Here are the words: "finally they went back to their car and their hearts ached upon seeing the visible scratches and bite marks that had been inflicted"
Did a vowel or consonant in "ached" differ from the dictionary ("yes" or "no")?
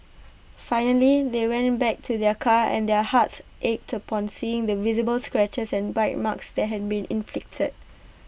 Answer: no